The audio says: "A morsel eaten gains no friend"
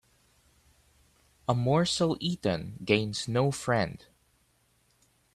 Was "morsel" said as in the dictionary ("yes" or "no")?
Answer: yes